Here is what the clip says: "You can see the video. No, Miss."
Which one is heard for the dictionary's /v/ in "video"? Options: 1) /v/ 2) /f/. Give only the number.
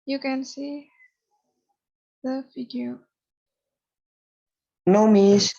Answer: 2